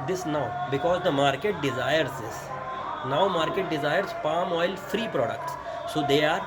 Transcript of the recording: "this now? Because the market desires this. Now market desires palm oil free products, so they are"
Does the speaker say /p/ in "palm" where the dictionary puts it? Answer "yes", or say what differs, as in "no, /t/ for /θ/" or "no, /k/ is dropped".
yes